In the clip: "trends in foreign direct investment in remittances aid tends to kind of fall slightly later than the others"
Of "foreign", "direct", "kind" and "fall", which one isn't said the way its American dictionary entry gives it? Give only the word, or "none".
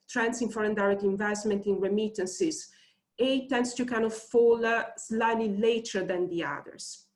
kind